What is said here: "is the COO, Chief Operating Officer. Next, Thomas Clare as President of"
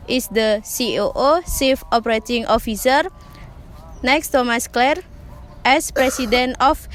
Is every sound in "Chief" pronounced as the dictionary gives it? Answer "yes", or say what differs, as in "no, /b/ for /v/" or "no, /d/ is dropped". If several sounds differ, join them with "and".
no, /s/ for /tʃ/